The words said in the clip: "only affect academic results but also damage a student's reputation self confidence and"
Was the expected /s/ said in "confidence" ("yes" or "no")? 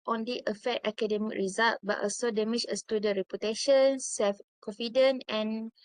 no